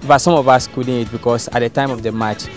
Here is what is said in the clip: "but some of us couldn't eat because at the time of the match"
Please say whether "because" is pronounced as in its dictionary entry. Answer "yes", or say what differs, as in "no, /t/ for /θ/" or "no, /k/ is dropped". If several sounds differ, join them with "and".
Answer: no, /s/ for /z/